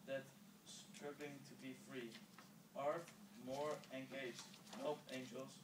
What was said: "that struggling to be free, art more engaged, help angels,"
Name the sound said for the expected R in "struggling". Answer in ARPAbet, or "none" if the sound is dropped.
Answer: none